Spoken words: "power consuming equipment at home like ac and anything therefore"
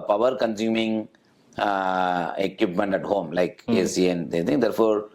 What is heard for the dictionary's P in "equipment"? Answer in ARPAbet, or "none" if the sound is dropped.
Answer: P